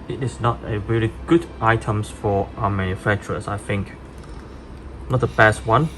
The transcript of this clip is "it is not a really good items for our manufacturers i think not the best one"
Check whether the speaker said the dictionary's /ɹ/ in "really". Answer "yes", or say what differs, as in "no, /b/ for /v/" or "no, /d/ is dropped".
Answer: yes